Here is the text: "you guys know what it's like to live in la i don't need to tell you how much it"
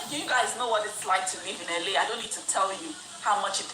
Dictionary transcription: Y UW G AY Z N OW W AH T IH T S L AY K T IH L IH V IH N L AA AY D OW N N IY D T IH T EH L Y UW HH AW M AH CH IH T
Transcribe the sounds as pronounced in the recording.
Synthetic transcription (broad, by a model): Y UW G AY Z N OW W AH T IH T S L AY K T IH L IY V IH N L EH AY D OW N N IY D T IH T EH L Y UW HH AW M AH CH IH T